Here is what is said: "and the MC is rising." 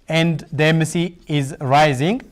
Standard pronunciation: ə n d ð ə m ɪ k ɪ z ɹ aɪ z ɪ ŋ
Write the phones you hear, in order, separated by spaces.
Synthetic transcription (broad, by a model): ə n d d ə m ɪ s ɪ z ɹ aɪ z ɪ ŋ